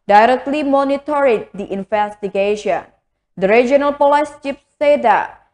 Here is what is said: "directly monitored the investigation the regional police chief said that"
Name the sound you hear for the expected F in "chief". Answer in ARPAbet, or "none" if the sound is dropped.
P